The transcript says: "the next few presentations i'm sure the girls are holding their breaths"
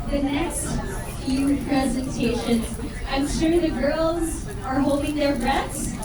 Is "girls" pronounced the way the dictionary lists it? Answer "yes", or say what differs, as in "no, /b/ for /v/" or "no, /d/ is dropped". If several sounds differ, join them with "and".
yes